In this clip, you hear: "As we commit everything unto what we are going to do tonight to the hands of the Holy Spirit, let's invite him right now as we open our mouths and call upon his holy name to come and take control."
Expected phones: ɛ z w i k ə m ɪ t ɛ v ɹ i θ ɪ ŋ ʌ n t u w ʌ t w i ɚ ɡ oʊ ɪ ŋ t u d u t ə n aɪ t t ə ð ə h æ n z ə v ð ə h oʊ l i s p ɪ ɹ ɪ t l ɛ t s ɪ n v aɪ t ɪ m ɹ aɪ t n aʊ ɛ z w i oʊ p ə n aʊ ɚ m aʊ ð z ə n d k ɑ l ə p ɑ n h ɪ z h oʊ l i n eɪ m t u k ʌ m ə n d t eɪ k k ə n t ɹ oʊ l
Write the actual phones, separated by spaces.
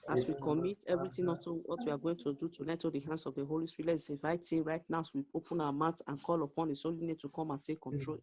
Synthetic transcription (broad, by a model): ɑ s w i k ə m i t ɛ v ɹ i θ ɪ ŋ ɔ t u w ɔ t w i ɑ ɡ oʊ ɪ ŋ t u d u t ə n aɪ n t ə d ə h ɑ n s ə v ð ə h oʊ l i s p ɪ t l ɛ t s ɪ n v aɪ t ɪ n ɹ aɪ t n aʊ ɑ s w i oʊ p ə n aʊ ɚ m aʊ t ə n k ɑ l ə p ɑ n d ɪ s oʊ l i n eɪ t u k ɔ m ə n t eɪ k k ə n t ɹ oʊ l